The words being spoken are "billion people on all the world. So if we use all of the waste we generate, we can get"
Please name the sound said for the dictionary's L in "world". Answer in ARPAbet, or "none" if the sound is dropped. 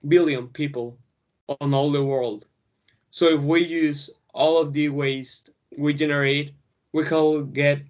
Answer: L